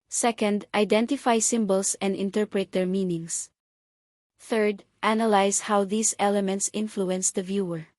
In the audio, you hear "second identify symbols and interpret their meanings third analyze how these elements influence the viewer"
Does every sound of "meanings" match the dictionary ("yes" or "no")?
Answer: no